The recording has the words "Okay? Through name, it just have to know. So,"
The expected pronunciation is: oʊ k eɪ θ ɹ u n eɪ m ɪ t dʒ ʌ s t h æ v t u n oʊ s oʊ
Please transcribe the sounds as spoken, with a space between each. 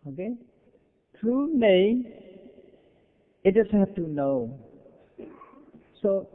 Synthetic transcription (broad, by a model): oʊ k eɪ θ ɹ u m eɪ ɪ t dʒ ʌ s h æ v t u n oʊ s oʊ